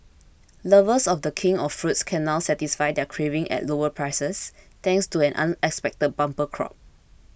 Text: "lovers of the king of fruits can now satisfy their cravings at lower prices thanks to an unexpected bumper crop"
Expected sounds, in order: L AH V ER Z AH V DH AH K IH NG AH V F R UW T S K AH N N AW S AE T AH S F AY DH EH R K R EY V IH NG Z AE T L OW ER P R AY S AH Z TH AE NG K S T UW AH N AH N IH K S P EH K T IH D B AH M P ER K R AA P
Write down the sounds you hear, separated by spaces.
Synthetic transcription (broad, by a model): L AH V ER S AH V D AH K IH NG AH F F R UW T S K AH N N AW S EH T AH S F AY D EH K R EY V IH NG EH T L OW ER P R AY S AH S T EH NG K S T UW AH N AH N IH K S P EH K T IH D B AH M P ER K R AA P